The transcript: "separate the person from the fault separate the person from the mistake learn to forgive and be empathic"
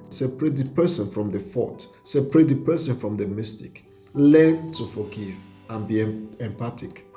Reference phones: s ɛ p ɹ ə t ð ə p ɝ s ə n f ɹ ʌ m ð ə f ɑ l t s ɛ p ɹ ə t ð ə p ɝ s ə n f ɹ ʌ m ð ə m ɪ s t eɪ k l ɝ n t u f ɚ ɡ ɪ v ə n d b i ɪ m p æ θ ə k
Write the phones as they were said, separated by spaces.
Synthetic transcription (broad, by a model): s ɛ p ɹ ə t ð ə p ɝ s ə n f ɹ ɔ m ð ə f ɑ t s ɛ p ɹ ə t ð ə p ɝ s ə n f ɹ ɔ m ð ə m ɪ s t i k l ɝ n t u f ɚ ɡ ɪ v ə n b i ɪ m p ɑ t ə k